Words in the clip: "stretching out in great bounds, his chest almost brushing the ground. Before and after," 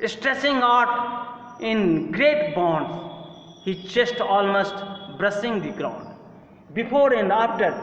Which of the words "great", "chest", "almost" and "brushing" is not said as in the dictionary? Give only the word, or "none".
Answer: brushing